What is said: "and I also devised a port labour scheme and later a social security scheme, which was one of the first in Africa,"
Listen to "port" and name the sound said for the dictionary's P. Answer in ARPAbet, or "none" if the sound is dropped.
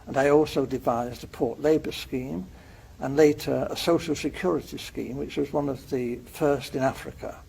P